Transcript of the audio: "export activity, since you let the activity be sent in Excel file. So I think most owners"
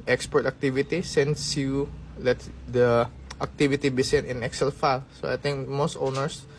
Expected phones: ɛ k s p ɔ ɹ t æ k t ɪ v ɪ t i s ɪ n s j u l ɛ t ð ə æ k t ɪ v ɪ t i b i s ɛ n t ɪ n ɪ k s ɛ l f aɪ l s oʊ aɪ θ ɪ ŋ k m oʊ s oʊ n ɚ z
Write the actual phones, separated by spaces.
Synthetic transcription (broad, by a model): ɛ k s p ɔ ɹ t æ k t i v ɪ t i s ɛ n s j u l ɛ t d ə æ k t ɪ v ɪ t i b i s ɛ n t ɪ n ɪ k s ɛ l f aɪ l s oʊ aɪ t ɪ ŋ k m oʊ s oʊ n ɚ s